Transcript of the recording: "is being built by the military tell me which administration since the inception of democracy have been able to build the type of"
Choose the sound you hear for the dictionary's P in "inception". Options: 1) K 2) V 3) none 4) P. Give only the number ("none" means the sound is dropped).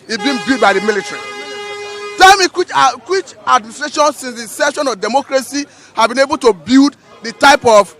3